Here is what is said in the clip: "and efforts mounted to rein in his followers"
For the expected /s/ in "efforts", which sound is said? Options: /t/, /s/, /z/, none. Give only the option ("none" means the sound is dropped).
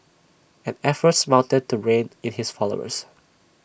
/s/